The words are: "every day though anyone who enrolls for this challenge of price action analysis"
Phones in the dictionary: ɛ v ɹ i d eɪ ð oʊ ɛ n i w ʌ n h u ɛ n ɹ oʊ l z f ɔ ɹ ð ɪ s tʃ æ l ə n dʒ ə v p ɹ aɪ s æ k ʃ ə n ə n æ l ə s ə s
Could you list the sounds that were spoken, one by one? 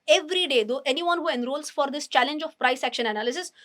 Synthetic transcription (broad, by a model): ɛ v ɹ i d eɪ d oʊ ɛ n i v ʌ n h u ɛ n ɹ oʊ l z f ɔ ɹ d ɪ s tʃ æ l ə n dʒ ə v p ɹ aɪ s æ k ʃ ə n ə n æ l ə s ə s